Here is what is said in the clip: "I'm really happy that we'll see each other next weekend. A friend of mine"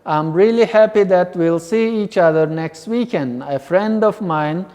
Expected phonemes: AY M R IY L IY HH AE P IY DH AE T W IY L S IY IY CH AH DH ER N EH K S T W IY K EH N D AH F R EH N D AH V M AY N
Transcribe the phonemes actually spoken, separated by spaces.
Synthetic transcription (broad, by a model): AY M R IY L IY HH AE P IY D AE T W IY L S IY IY CH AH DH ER N EH K S T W IY K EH N D AH F R EH N D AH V M AY N